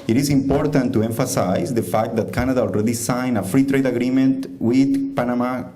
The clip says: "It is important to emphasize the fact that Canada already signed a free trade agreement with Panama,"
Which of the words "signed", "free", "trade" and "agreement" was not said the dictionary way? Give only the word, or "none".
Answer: signed